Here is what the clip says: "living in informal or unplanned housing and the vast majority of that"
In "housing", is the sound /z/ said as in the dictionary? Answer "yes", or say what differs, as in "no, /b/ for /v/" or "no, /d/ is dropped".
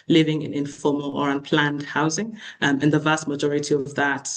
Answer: yes